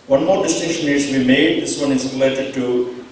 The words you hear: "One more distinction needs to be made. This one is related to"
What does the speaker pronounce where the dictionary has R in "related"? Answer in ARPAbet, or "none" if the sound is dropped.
R